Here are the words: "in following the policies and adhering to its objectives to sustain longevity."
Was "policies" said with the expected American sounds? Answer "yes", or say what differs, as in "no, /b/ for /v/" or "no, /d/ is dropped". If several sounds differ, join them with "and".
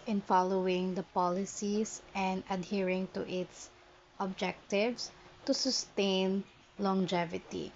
no, /s/ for /z/